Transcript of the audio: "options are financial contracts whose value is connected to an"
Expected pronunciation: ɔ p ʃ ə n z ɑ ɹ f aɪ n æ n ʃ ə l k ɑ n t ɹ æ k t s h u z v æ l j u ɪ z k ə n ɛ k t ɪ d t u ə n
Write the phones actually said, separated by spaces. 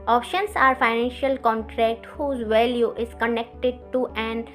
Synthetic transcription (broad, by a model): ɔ p ʃ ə n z ɑ ɹ f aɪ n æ n ʃ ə l k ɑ n t ɹ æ k t h u z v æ l j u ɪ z k ə n ɛ k t ɪ d t u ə n